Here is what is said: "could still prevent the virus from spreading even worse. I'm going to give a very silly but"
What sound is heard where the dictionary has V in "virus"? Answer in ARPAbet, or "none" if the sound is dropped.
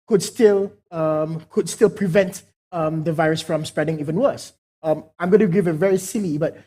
V